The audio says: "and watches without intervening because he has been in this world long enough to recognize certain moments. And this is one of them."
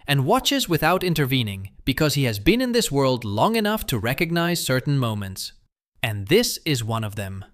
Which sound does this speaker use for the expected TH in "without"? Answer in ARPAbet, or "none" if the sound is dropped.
TH